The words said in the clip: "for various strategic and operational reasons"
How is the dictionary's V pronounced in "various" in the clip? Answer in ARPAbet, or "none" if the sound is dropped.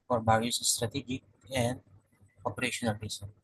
B